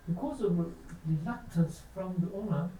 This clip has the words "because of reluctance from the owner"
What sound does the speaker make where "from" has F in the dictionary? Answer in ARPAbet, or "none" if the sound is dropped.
F